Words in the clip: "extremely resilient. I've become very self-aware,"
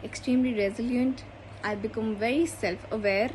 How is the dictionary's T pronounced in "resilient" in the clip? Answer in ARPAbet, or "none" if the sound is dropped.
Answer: T